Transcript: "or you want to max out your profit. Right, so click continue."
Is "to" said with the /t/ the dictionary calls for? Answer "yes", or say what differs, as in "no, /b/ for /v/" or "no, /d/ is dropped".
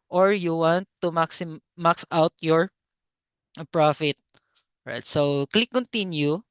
no, /s/ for /t/